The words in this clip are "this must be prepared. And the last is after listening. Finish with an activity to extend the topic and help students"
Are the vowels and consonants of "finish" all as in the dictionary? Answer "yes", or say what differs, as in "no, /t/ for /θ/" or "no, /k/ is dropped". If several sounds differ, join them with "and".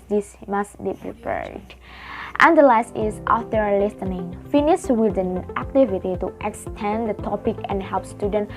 no, /s/ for /ʃ/